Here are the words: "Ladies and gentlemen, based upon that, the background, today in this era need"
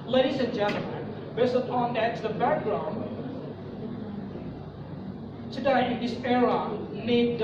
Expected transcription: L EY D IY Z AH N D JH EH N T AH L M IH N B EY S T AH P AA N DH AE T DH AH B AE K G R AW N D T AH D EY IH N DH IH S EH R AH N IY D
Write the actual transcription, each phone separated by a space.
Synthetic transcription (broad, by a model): L EY D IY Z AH N JH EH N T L M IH N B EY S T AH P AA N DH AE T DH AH B AE K G R AW N D S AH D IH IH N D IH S EH R AH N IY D